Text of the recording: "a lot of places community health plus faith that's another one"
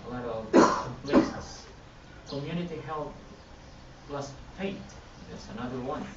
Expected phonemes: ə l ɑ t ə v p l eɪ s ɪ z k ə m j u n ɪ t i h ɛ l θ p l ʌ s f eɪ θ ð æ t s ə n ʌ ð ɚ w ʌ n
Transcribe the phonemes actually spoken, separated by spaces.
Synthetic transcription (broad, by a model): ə l ɑ t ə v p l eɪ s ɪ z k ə m j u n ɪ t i h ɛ l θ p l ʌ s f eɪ t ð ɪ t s ə n ʌ ð ɚ w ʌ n